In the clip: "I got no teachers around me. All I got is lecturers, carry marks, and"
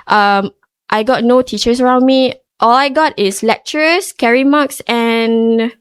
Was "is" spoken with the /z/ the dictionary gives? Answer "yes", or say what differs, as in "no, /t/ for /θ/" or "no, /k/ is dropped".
no, /s/ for /z/